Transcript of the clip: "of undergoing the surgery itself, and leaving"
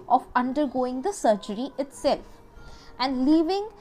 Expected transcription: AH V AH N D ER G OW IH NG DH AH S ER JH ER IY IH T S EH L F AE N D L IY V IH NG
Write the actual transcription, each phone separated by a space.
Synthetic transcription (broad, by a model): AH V AH N D ER G OW IH NG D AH S ER JH ER IY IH T S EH L F AE N D L IY V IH NG